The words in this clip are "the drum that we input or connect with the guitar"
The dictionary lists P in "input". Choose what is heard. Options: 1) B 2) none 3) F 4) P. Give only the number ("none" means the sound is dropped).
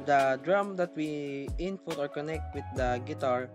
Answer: 3